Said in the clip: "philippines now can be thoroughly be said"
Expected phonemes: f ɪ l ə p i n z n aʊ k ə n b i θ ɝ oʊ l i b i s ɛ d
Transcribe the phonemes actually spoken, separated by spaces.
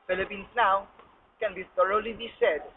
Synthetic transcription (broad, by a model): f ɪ l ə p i n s n aʊ k ə n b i t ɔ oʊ l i b i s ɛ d